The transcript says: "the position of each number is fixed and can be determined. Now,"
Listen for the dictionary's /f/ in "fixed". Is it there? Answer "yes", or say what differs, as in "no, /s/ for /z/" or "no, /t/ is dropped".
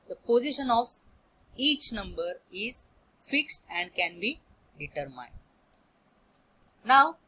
yes